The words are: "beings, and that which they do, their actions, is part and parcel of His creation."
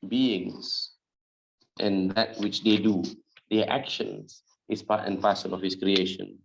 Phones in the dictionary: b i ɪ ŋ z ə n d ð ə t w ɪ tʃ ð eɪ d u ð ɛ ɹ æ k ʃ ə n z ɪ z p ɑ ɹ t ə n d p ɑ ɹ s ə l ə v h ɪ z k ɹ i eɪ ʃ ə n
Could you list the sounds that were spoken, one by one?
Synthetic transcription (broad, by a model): b i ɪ ŋ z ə n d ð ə t w ɪ tʃ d eɪ d u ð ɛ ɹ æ k ʃ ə n s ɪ s p ɑ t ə n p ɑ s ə n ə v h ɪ s k ɹ i eɪ ʃ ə n